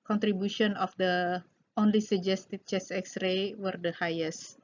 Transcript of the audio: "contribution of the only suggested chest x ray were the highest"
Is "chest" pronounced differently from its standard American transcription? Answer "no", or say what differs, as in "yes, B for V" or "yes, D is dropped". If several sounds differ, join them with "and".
yes, T is dropped